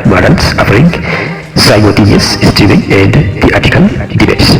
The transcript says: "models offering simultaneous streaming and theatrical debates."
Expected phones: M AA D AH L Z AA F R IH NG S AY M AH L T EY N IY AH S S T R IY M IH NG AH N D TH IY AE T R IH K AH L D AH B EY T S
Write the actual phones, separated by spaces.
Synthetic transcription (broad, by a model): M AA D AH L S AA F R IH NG S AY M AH T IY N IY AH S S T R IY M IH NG AH N D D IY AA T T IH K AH L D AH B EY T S